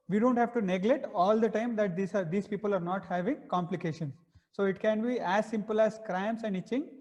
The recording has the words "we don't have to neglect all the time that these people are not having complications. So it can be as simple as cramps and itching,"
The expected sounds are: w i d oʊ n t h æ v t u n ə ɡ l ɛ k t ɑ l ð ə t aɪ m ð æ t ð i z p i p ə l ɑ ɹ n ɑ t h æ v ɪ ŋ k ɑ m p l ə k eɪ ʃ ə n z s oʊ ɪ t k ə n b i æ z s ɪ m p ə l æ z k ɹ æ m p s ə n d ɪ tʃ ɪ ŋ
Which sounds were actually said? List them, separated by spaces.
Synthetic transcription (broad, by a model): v i d oʊ n t h æ v t u n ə ɡ l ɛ t ɑ l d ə t aɪ m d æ t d i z p i p ə l ɑ ɹ n ɑ t h æ v ɪ ŋ k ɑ m p l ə k eɪ ʃ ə n s oʊ ɪ t k ə n b i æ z s ɪ m p ə l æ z k ɹ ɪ m s ə n d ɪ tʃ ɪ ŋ